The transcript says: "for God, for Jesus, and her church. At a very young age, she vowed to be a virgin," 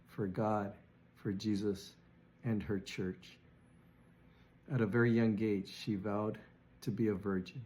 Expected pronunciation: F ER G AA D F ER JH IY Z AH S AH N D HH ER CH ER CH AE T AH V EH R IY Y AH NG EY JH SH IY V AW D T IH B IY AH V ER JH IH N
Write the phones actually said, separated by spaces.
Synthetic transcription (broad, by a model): F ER G AA D F ER JH IY Z AH S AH N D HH ER CH ER CH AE T AH V EH R IY Y AH NG EY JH SH IY V AW D T IH B IY AH V ER JH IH N